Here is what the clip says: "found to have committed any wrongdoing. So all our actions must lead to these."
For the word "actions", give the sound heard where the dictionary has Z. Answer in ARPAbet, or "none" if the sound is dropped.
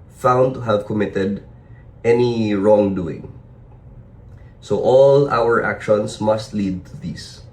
S